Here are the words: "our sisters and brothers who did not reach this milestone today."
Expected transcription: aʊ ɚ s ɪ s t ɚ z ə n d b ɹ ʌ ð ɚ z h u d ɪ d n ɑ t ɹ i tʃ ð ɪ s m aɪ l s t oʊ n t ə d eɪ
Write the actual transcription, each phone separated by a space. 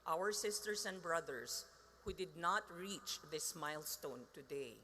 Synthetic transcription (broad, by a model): aʊ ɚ s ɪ s t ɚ s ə n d b ɹ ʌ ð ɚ s h u d ɪ d n ɑ t ɹ i tʃ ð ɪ s m aɪ l s t oʊ n t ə d eɪ